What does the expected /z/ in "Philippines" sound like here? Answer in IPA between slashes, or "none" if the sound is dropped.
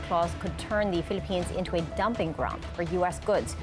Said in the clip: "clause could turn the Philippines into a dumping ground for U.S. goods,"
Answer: /z/